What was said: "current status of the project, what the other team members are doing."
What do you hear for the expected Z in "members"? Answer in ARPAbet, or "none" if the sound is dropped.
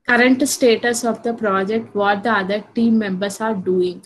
S